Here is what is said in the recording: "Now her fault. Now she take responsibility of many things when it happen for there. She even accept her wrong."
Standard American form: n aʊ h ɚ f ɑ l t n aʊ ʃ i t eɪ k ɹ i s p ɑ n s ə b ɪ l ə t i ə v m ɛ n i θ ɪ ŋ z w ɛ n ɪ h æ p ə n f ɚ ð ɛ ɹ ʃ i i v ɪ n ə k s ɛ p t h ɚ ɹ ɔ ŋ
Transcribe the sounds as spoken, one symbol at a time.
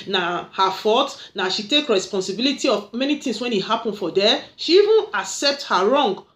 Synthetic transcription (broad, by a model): n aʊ h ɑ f ɑ t n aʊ ʃ i t eɪ k ɹ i s p ɑ n s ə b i l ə t i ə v m ɛ n i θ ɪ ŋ s w ɛ n ɪ h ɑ p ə n f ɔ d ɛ ʃ i i v ɪ n ə k s ɛ p t h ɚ ɹ ɔ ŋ